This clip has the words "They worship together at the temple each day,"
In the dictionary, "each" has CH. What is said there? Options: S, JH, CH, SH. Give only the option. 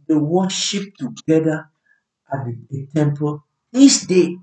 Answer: S